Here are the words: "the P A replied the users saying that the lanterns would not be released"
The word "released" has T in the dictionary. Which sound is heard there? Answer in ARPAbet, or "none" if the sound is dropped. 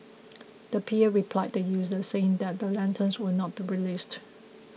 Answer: T